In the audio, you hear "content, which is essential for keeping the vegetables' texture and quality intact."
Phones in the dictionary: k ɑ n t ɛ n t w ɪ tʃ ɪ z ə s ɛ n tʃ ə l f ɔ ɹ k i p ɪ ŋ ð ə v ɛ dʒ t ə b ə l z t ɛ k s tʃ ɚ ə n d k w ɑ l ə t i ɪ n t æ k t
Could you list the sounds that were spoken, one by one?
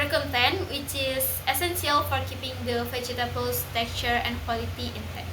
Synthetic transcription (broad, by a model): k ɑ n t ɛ n w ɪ tʃ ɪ s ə s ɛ n s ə l f ɔ ɹ k i p ɪ ŋ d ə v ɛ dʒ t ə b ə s t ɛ k tʃ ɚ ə n k w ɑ l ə t i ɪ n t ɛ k